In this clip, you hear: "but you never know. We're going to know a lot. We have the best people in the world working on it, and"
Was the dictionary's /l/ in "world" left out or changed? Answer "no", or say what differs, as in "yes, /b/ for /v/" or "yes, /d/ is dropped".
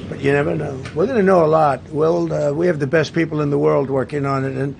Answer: no